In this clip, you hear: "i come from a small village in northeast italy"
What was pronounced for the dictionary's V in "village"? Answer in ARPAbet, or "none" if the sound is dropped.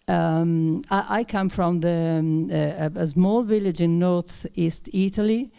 V